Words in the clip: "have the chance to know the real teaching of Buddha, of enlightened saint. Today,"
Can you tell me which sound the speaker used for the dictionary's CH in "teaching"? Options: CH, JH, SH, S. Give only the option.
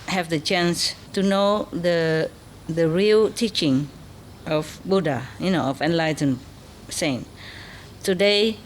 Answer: CH